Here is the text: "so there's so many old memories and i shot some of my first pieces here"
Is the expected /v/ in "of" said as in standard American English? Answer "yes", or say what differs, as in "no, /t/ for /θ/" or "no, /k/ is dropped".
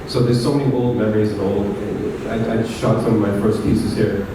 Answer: yes